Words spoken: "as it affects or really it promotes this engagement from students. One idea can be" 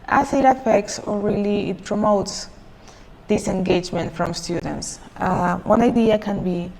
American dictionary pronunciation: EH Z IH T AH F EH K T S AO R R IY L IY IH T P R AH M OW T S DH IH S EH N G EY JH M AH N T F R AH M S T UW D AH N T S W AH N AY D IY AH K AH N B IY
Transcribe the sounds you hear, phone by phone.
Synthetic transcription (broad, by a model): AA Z IH T AH F EH K T S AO L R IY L IY IH T P R AH M OW T S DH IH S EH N G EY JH M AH N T F R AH M S T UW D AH N T S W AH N AY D IY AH K AH N B IY